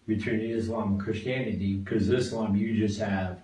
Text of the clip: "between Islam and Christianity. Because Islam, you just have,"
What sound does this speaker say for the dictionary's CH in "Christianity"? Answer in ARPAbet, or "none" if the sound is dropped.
CH